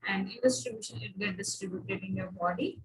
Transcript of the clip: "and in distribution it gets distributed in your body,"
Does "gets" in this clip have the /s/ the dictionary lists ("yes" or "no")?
no